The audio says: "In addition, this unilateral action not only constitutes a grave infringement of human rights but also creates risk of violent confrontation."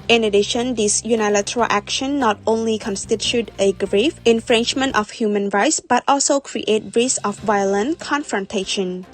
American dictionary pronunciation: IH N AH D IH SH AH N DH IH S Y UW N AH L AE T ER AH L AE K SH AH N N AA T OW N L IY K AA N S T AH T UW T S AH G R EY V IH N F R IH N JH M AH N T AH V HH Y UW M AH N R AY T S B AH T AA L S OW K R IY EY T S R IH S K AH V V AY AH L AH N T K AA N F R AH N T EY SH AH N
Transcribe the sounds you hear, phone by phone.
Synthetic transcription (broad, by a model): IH N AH D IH SH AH N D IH S Y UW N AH L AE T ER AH L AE K SH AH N N AA T OW N L IY K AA N S T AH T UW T AH G R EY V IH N F R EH N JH M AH N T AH F HH Y UW M AH N R AY T S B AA T AA L S OW K R IY EY T R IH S AH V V AY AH L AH N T K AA N F R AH N T EY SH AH N